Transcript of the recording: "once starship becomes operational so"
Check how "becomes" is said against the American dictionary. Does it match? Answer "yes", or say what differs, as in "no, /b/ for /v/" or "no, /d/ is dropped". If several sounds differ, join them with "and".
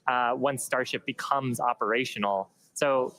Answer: yes